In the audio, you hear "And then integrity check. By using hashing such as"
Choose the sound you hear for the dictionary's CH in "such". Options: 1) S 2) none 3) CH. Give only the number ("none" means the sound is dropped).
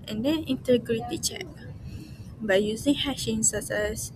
1